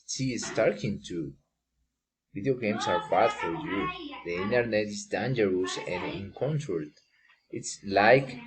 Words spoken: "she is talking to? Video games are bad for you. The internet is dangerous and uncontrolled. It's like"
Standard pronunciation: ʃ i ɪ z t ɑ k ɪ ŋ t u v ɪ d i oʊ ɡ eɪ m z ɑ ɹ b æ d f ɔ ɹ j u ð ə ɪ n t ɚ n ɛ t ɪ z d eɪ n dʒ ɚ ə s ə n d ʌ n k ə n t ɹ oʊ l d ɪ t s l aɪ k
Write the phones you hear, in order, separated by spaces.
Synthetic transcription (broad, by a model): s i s s t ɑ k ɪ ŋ t u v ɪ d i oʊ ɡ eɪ m s ɑ ɹ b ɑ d f ɔ ɹ j u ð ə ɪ n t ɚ n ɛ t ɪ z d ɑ n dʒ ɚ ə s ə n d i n k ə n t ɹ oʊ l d ɪ t s l aɪ k